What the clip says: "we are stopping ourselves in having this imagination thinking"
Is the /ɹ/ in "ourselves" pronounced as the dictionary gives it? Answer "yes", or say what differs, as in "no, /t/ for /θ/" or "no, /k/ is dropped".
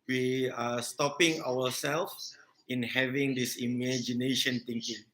no, /w/ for /ɹ/